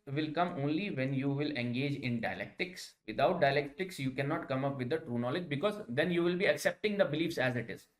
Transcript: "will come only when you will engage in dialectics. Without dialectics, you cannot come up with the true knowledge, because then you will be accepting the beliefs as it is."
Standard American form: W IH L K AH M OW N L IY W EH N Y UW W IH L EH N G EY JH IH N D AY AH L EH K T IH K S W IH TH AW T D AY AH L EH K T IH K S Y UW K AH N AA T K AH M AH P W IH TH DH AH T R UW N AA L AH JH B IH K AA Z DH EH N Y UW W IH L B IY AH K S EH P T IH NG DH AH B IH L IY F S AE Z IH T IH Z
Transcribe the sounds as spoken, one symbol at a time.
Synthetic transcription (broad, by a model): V IH L K AH M OW N L IY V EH N Y UW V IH L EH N G EY JH IH N D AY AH L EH K T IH K S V IH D AW T D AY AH L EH K T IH K S Y UW K AH N AA T K AH M AH P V IH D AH T R UW N AA L AH JH B IH K AA Z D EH N Y UW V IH L B IY AH K S EH P T IH NG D AH B IH L IY F S AE Z IH T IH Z